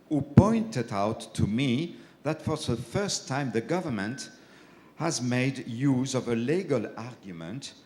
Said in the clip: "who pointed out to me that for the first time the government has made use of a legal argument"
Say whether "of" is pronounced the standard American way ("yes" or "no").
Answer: yes